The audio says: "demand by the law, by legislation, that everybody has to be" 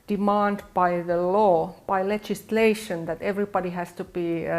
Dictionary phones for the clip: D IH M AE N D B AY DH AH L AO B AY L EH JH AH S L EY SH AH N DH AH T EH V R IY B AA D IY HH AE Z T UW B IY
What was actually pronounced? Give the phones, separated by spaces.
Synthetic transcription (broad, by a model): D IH M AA N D B AY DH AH L AO B AY L EH JH AH S L EY SH AH N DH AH T EH V R IY B AA D IY HH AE S T UW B IY